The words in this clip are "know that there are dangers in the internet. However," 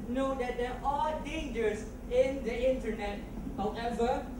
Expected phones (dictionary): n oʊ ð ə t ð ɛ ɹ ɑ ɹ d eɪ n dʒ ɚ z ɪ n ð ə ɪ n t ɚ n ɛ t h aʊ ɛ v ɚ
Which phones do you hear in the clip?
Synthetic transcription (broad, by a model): n oʊ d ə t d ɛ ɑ l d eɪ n dʒ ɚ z ɪ n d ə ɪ n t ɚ n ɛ t h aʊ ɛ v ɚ